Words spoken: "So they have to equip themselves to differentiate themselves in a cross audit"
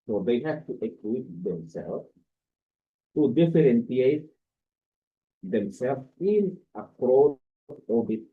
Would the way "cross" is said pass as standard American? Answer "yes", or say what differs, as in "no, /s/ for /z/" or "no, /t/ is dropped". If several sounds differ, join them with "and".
no, /s/ is dropped